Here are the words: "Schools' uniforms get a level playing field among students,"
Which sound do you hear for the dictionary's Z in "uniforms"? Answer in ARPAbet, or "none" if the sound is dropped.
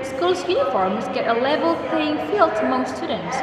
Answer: Z